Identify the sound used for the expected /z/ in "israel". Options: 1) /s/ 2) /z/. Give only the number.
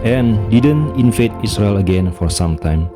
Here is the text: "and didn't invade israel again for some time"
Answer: 1